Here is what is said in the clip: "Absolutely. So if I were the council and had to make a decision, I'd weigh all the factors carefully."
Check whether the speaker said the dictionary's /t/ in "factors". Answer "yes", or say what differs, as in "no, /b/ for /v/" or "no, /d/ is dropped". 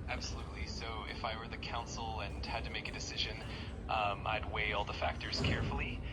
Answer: yes